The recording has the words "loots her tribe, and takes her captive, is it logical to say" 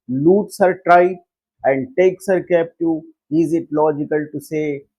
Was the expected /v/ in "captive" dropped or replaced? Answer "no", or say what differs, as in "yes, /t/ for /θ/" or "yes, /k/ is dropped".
yes, /v/ is dropped